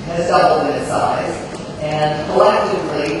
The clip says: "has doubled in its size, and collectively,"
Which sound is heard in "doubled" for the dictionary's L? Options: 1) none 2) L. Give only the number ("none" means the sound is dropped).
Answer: 1